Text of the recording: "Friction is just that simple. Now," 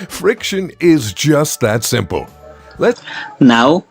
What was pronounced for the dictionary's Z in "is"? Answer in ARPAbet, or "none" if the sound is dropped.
Z